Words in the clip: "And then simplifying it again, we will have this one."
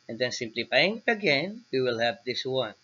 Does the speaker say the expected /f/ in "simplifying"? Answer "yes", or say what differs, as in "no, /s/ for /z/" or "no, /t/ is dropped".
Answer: no, /p/ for /f/